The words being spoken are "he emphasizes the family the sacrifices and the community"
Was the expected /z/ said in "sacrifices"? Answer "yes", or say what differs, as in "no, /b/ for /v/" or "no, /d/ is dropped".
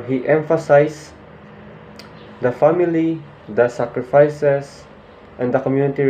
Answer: no, /s/ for /z/